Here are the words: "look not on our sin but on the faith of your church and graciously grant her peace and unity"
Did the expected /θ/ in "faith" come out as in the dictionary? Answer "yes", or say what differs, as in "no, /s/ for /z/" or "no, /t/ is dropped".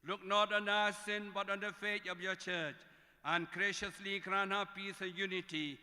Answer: no, /t/ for /θ/